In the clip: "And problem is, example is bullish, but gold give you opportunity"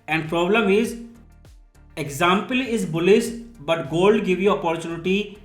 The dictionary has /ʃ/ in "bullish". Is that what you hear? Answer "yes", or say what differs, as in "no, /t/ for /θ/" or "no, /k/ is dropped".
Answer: no, /s/ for /ʃ/